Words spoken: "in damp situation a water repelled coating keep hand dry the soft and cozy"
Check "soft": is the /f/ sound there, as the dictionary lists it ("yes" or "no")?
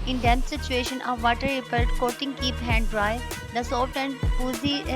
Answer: no